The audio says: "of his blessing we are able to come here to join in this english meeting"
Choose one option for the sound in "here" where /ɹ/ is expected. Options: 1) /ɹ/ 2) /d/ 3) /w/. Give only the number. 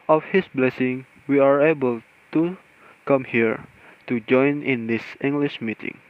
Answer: 1